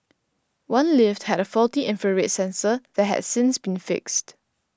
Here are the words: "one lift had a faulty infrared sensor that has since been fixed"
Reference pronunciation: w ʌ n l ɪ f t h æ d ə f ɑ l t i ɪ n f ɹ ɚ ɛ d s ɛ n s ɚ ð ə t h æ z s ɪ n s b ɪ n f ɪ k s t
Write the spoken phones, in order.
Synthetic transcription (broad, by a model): w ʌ n l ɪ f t h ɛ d ə f ɑ l t i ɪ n f ɚ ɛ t s ɛ n s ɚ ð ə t h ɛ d s ɪ n s b ɪ n f ɪ k s t